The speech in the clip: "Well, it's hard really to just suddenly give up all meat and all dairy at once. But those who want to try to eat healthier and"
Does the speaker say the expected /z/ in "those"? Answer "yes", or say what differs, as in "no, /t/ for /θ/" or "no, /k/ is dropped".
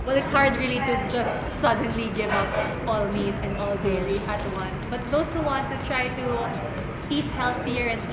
no, /s/ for /z/